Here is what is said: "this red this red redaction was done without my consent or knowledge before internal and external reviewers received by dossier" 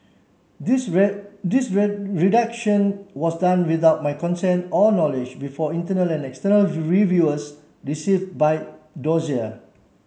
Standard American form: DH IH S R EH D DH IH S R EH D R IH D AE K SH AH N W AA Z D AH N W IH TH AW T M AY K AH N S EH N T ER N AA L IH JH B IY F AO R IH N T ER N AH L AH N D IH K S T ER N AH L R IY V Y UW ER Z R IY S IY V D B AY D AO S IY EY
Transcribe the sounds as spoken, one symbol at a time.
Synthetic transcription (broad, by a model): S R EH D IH S R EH R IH D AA K SH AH N W AA S D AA N W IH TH AW T M AY K AH N S EH N T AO N AA L IH JH B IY F AO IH N T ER N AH L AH N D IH K S T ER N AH L R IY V Y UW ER S R IY S IY V D B AY D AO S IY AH